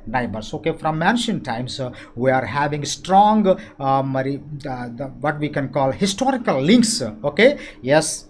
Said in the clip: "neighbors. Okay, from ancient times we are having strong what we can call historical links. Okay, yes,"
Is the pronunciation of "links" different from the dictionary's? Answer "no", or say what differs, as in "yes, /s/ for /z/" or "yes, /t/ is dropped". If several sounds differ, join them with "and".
no